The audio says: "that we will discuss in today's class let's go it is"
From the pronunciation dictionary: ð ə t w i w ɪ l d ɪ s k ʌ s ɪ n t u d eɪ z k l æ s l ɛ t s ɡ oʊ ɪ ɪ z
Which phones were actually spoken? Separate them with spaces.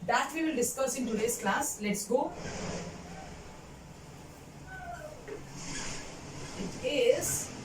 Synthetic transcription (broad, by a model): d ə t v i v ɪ l d ɪ s k ʌ s ɪ n t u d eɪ s k l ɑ s l ɛ t s ɡ oʊ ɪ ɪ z